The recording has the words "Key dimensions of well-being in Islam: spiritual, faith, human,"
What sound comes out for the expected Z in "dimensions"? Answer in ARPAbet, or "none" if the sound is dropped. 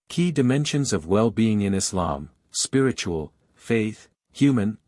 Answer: Z